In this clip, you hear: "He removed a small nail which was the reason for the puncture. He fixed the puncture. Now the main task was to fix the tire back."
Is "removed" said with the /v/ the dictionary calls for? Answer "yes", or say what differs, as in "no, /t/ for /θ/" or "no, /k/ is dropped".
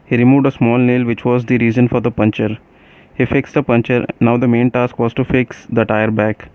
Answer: yes